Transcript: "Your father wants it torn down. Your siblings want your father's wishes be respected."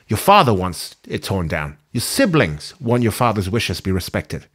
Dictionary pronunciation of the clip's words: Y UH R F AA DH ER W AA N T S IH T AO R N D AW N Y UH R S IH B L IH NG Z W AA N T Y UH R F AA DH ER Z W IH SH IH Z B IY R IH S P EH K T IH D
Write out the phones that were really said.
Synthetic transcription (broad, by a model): Y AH R F AA DH ER W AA N T S IH T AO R N D AW N Y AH R S IH B L IH NG Z W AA N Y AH R F AA DH ER Z W IH SH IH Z B IY R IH S P EH K T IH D